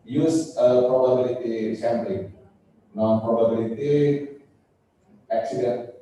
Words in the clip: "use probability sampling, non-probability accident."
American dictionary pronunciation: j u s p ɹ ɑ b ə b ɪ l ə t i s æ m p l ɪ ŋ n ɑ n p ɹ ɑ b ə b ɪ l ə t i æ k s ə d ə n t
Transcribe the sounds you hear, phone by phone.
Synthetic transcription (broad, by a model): j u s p ɹ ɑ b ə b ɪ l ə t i ʃ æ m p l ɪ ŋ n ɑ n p ɹ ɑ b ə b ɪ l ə t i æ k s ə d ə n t